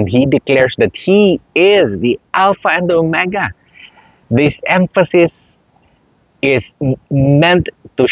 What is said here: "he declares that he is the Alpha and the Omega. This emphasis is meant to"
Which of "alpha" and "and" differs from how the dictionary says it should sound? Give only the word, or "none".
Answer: none